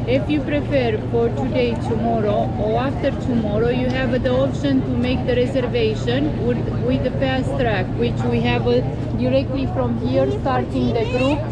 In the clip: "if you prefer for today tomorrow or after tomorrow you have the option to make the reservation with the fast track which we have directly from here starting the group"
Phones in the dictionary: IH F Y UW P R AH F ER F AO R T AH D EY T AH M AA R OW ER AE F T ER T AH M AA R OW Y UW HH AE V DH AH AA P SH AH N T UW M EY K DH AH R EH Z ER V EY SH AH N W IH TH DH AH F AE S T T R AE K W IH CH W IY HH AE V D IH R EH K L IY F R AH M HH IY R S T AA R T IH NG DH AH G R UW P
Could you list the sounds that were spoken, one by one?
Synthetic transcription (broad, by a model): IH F Y UW P R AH P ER F AO R T AH D EY T AH M AA R OW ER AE F T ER T AH M AA R OW Y UW HH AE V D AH AA P SH AH N T UW M EY K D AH R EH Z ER V EY SH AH N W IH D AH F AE S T T R AE K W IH CH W IY HH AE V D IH R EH K L IY F R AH M HH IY R S T AA R T IH NG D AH G R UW P